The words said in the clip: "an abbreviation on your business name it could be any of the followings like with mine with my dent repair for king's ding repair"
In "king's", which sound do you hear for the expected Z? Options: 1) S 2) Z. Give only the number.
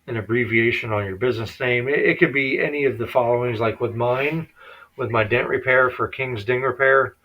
2